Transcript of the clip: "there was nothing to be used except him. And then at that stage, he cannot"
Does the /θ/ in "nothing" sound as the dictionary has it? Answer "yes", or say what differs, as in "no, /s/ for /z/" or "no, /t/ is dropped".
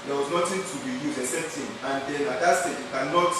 no, /t/ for /θ/